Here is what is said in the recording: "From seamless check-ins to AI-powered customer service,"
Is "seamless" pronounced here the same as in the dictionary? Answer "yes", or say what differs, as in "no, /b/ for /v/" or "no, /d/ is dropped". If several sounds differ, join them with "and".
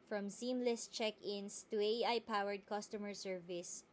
yes